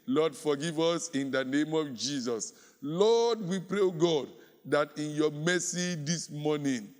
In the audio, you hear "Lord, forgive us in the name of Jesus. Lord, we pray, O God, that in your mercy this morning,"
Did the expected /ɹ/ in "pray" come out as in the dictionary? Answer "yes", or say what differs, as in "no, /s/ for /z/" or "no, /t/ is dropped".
yes